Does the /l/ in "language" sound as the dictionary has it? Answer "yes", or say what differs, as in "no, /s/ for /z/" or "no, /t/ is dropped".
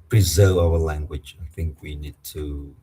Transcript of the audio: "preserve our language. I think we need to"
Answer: yes